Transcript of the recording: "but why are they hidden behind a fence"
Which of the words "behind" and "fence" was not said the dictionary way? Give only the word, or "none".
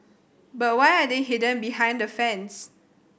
none